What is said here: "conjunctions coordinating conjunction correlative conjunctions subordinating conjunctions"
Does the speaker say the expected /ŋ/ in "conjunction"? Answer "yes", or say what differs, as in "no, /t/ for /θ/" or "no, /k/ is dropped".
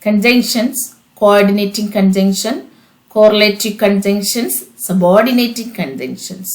yes